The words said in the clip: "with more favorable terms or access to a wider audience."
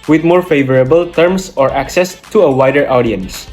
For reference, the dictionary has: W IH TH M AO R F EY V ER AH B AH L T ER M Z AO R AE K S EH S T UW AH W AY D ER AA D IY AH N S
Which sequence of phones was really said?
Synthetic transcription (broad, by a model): W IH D M AO R F EY V ER AH B AH L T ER M S AO R AE K S EH S T UW AH W AY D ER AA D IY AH N S